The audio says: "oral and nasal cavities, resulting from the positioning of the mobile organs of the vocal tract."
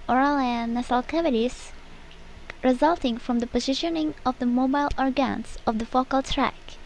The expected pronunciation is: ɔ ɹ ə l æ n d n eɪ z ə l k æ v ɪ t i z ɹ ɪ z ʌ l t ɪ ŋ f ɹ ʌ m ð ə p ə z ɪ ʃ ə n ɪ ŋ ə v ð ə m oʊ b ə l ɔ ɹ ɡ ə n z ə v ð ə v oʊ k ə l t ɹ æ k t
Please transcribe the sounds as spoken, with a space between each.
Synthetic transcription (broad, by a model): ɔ ɹ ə l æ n n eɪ s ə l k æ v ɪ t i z ɹ ɪ z ʌ l t ɪ ŋ f ɹ ʌ m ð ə p ə z ɪ ʃ ə n ɪ ŋ ə v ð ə m oʊ b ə l ɔ ɹ ɡ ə n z ə v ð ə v oʊ k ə l t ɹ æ k